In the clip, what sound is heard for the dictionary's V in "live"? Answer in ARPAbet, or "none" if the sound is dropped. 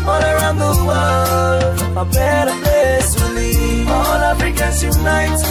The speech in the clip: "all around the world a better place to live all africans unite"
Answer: none